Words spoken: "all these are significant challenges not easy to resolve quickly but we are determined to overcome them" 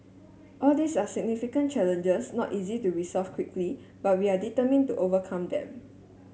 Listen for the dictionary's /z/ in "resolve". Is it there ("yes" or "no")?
no